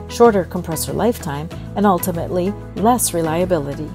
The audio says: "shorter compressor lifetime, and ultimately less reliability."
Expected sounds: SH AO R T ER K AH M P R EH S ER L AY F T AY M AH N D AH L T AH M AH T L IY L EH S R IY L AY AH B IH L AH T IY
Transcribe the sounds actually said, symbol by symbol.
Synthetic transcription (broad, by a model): SH AO R T ER K AH M P R EH S ER L AY F T AY M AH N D AH L T AH M AH T L IY L EH S R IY L AY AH B IH L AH T IY